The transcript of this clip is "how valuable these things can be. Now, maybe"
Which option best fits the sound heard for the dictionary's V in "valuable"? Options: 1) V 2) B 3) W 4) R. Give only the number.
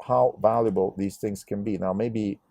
1